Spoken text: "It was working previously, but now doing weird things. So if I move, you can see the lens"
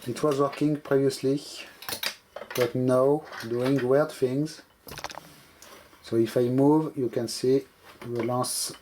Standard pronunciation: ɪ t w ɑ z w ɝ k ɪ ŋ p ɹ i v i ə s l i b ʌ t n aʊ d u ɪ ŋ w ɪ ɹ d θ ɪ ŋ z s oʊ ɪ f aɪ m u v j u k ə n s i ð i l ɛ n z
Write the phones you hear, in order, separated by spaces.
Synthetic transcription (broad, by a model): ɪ t w ɑ z w ɝ k ɪ ŋ p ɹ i v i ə s l i b ʌ t n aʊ d u ɪ ŋ w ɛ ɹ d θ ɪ ŋ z s oʊ ɪ f aɪ m u v j u k ə n s i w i l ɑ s